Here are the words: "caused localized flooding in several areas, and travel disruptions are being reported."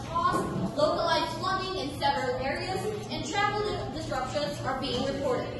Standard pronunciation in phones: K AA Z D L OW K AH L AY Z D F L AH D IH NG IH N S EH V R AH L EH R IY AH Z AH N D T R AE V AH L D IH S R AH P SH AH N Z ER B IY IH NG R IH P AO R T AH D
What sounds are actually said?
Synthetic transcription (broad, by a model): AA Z L OW K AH L AY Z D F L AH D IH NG IH N S EH V R AH L EH R IY AH Z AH N T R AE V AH L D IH S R AH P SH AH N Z ER B IY IH NG R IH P AO R T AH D